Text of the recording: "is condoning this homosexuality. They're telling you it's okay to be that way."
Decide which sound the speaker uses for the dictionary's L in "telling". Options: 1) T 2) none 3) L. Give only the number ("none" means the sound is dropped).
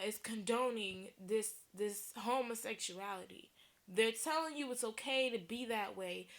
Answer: 3